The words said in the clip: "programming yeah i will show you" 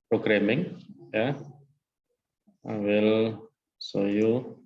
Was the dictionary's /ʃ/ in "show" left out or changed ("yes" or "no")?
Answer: yes